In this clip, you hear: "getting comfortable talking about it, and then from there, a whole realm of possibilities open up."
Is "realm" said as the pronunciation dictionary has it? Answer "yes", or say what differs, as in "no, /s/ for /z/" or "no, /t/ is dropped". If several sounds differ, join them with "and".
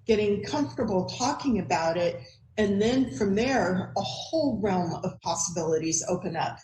yes